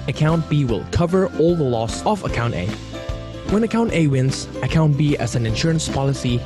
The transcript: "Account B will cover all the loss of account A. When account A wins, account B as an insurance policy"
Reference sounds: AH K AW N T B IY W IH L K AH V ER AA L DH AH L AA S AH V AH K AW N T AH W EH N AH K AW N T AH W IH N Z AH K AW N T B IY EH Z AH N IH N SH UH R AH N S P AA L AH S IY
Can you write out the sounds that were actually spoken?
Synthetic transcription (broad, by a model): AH K AW N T B IY W IH L K AH V ER AA L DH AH L AA S AH V AH K AW N T AH W EH N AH K AW N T AH W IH N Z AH K AW N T B IY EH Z AH N IH N SH UH R AH N S P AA L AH S IY